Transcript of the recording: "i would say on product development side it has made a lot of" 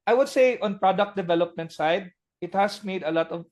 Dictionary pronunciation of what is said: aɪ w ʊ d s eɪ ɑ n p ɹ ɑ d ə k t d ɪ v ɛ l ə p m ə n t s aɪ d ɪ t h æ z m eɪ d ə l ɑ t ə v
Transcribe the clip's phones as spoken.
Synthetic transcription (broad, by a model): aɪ w ʊ d s eɪ ɑ n p ɹ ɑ d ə k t d ɪ v ɛ l ə p m ə n t s aɪ d ɪ t h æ s m eɪ d ə l ɑ t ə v